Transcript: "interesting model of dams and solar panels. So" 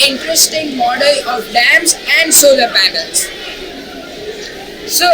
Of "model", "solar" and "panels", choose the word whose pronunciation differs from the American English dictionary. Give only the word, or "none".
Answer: panels